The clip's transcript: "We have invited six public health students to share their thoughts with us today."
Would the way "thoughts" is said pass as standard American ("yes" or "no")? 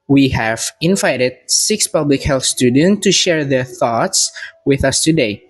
yes